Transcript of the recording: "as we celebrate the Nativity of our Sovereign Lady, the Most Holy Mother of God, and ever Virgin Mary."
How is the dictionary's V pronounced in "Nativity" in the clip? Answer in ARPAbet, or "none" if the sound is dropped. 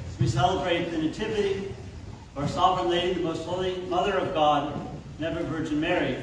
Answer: V